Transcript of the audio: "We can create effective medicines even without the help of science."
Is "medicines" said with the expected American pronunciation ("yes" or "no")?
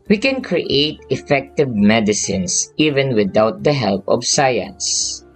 no